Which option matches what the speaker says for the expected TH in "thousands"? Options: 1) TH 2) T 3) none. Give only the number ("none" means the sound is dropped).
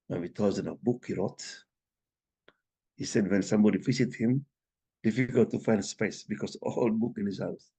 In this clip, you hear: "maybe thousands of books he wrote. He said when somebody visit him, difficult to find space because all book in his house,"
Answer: 2